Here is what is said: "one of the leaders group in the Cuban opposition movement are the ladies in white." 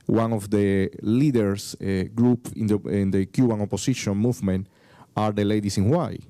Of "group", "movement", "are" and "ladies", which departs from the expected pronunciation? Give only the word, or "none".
ladies